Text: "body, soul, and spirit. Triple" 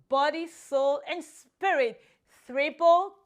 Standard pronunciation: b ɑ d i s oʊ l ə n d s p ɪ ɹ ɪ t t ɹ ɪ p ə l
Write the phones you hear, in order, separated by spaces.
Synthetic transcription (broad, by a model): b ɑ d i s oʊ l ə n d s p ɪ ɹ ɪ t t ɹ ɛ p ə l